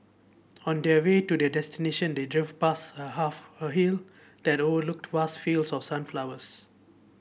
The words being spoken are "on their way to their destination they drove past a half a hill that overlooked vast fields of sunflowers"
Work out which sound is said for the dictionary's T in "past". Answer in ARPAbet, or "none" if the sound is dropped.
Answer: none